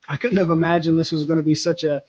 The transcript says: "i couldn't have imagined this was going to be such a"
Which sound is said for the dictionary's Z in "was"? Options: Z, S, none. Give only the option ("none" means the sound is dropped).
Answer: Z